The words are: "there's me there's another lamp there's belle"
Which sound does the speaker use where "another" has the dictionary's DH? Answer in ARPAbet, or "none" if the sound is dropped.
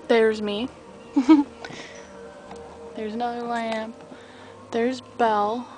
none